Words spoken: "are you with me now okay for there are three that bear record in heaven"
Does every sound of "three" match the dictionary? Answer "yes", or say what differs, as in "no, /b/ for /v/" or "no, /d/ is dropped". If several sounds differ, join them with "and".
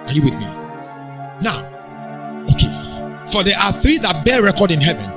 yes